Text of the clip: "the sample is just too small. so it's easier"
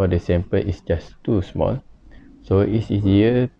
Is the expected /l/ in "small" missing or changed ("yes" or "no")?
no